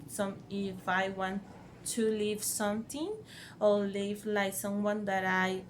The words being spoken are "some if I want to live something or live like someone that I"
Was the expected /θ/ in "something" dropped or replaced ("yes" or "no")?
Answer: yes